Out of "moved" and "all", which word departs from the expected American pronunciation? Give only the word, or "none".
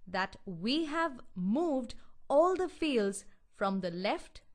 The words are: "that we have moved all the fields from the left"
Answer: none